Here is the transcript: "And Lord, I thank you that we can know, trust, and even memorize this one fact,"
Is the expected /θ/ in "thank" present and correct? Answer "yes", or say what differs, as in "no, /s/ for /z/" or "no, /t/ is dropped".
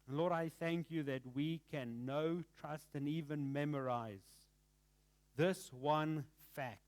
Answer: yes